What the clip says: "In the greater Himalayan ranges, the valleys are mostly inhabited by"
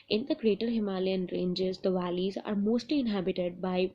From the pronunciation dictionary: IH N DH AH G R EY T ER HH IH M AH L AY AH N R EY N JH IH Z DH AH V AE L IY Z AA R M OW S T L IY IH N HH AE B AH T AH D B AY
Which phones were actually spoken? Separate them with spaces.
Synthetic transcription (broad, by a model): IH N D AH G R EY T ER HH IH M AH L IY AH N R EY N JH IH Z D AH V AE L IY Z AA R M OW S T L IY IH N HH AE B AH T AH D B AY